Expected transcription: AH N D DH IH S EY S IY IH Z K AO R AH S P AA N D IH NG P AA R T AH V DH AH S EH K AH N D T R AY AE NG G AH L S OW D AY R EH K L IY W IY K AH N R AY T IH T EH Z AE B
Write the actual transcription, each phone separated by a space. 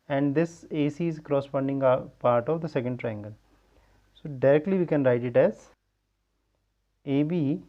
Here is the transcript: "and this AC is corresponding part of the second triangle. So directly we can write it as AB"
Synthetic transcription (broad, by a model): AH N D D IH S EY S IY IH Z K R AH S F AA N D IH NG P AA R T AH V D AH S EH K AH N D T R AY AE NG G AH L S OW D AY R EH K L IY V IY K AH N R AY T IH T EH Z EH B